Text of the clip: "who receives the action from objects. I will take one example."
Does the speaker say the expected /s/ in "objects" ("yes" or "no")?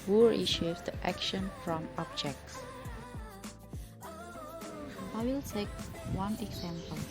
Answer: yes